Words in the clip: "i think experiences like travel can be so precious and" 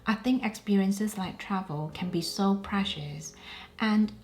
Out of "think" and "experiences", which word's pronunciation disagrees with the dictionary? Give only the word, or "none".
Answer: none